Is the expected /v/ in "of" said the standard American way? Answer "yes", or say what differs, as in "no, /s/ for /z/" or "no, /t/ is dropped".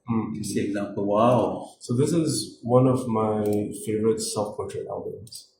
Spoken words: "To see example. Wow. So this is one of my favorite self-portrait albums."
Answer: yes